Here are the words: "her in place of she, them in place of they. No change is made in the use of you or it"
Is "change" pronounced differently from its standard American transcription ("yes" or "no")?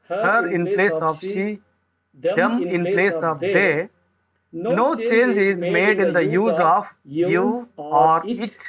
no